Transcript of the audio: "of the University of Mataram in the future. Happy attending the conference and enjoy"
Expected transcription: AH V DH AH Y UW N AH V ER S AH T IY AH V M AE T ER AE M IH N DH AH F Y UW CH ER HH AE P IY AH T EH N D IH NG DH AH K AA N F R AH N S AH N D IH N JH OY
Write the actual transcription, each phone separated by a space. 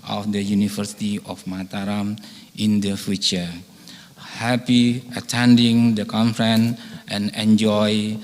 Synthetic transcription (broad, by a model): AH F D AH Y UW N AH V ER S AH T IY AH F M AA T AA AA M IH N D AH F Y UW CH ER HH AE P IY AH T EH N D IH NG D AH K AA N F R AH N AH N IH N JH OY